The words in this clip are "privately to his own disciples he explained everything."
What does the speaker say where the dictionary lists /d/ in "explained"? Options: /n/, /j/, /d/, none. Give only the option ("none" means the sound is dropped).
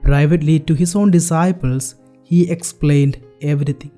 /d/